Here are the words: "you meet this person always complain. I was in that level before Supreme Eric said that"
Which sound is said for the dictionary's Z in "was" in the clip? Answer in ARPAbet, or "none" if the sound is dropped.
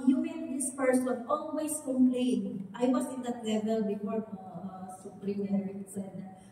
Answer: S